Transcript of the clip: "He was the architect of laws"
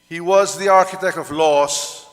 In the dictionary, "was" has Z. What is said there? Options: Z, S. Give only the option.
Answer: Z